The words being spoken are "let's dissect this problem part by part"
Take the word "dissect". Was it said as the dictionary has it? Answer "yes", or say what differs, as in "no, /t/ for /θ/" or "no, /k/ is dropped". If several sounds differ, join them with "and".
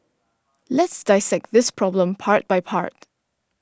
yes